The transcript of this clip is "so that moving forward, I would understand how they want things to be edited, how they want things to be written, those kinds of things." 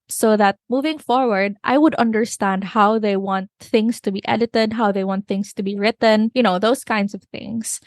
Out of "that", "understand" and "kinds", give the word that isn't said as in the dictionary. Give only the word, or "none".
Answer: kinds